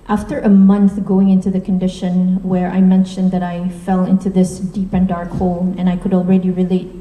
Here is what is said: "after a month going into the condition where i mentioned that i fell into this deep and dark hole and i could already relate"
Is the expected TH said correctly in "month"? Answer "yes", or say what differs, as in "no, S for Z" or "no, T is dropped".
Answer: yes